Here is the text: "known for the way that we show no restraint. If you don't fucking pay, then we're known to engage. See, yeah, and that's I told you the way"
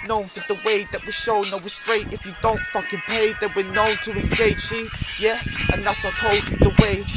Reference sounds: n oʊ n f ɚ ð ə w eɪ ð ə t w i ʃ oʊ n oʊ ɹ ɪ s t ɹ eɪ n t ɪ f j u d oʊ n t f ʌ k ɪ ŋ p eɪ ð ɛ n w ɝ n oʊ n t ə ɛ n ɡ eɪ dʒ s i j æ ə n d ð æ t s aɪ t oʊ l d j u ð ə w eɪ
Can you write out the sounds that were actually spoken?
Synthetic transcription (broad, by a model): n oʊ n f ɚ ð ə w eɪ ð ə t w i ʃ oʊ n oʊ w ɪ s t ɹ eɪ t ɪ f j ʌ d oʊ n t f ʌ k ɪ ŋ p eɪ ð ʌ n w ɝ n oʊ n t ə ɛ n ɡ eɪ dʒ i j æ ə n ð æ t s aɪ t oʊ l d ð ə w eɪ